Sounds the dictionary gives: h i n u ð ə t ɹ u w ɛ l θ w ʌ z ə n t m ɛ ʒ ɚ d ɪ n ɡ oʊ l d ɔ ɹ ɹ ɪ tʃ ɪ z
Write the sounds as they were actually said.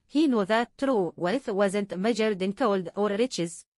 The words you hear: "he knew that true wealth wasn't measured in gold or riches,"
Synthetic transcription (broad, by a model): h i n u ð ə t ɹ u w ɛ θ w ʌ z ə n t m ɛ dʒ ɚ d ɪ n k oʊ l d ɔ ɹ ɹ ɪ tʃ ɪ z